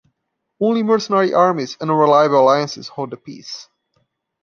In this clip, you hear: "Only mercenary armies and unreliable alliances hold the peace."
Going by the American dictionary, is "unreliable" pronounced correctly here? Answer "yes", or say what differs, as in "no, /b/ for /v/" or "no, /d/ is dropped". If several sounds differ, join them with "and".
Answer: no, /n/ is dropped